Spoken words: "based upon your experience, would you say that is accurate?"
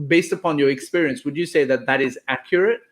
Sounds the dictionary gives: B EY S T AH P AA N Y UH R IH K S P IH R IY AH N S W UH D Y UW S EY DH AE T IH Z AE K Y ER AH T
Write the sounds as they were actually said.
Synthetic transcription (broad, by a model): B EY S T AH P AA N Y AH R IH K S P IH R IY AH N S W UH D Y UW S EY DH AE T IH Z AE K Y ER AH T